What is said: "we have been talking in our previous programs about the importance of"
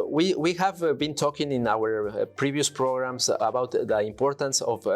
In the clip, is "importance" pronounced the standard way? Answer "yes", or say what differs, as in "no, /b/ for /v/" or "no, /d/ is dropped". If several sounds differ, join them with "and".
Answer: yes